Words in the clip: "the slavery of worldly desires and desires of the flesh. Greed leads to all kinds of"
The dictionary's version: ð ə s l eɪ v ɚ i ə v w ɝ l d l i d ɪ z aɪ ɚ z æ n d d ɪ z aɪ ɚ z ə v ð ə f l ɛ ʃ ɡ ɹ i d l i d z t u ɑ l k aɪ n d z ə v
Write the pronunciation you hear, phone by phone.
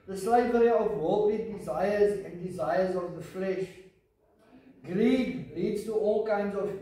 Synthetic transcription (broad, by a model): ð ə s l eɪ v ɚ i ə v w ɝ l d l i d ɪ z aɪ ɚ z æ n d d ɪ z aɪ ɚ z ə v ð ə f l ɛ ʃ ɡ ɹ i d l i d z t u ɑ l k aɪ n d z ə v